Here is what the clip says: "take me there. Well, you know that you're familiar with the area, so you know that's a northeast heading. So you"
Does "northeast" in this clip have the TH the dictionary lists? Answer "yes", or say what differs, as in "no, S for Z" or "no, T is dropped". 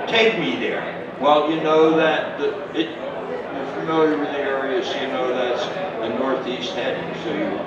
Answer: yes